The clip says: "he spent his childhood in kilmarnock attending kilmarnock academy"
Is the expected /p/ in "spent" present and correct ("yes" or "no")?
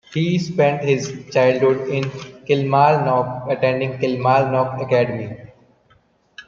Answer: yes